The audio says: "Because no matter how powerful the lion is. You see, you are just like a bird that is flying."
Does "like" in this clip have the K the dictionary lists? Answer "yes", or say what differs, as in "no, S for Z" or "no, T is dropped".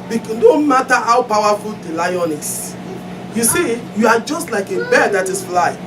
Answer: yes